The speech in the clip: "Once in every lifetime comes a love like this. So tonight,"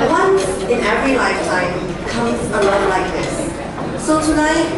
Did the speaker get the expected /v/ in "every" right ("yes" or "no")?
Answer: yes